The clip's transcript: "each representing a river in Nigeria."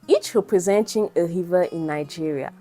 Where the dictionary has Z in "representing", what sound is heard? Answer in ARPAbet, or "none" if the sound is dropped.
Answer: Z